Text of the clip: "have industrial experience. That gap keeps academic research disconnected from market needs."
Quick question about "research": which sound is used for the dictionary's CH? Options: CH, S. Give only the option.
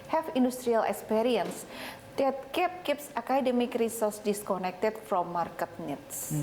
S